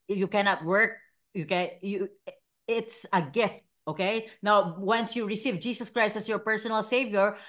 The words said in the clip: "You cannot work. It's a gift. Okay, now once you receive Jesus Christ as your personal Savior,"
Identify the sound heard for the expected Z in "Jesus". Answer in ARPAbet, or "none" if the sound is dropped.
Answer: S